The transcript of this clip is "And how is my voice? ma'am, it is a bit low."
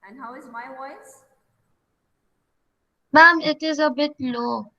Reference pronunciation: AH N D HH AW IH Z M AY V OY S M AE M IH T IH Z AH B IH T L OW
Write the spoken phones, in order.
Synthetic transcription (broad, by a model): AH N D HH AW IH Z M AY W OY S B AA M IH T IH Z AH B IH T L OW